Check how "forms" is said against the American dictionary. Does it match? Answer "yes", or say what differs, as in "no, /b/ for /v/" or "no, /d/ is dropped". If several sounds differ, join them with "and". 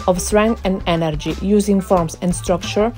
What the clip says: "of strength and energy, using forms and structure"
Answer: no, /s/ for /z/